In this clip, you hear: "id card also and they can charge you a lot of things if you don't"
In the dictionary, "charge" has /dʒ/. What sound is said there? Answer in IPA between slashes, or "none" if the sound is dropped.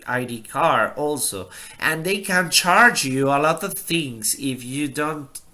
/dʒ/